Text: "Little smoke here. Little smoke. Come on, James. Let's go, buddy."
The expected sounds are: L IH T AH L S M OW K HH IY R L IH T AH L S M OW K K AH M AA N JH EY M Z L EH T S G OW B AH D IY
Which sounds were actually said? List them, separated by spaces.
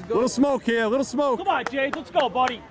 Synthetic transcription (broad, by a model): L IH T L S M OW K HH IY L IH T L S M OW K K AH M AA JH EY Z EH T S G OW B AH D IY